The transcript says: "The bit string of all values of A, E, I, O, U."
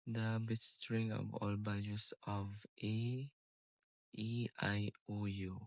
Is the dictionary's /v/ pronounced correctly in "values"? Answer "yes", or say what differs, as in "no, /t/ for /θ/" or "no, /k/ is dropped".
no, /b/ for /v/